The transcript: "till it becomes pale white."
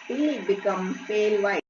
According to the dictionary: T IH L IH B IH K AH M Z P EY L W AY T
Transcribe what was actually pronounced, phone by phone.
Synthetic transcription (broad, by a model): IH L IH B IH K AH M P EY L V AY